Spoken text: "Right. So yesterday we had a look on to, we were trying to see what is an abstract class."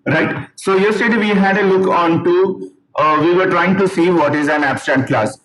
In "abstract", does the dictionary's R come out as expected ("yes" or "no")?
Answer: no